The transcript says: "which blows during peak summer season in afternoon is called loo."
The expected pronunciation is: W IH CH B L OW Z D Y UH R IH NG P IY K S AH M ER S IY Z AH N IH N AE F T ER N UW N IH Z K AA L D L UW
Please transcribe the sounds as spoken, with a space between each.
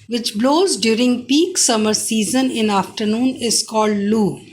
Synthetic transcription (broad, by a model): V IH CH B L OW Z D Y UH R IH NG P IY K S AH M ER S IY Z AH N IH N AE F T ER N UW N IH Z K AA L D L UW